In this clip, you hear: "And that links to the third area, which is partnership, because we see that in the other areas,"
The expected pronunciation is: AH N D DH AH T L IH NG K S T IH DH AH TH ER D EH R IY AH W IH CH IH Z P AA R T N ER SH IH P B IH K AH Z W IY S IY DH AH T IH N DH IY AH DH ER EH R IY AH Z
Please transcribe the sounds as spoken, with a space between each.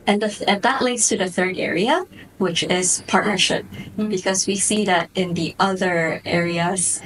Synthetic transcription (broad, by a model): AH N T DH AH T L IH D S T IH DH AH TH ER D EH R IY AH W IH CH IH Z P AA R T N ER SH IH P B IH K AH Z W IY S IY DH AH T IH N DH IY AH DH ER EH R IY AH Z